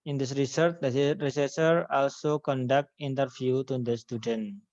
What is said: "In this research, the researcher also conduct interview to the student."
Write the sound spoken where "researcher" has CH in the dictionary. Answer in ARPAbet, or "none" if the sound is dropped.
S